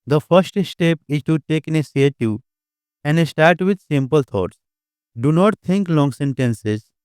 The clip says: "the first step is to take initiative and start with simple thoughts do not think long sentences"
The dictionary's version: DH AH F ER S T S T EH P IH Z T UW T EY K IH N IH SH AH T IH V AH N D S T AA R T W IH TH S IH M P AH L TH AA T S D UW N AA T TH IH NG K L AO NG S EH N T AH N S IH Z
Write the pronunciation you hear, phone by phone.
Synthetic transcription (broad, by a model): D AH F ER S T S T EH P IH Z T UW T EY K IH N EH S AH T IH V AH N D S T AA R T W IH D S IH M P AH L T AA T S D UW N AA T T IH NG K L AO NG S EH N T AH N S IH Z